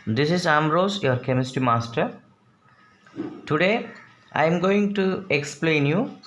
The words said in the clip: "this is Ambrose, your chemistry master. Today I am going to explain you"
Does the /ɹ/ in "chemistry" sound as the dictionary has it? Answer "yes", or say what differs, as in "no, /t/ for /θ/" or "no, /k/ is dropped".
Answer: no, /ɹ/ is dropped